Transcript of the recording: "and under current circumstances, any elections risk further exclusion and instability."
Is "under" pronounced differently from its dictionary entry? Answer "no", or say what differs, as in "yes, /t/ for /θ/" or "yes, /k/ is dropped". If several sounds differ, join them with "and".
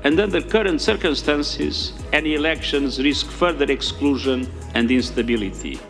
no